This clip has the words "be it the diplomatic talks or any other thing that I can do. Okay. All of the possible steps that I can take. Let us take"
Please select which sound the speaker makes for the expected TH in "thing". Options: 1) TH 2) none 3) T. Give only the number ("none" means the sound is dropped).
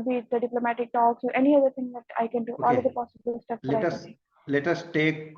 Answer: 3